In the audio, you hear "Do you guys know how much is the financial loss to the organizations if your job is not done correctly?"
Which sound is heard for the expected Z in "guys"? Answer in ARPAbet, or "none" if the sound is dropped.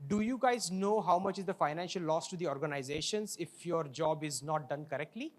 Z